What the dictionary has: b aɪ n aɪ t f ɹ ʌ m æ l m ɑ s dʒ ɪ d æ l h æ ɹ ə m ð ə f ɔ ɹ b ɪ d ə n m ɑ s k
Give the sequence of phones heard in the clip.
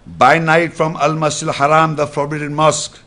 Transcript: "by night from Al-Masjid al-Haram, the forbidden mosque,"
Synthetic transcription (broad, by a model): b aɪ n aɪ t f ɹ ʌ m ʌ l m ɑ s ɪ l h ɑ ɹ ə m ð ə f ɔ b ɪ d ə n m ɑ s k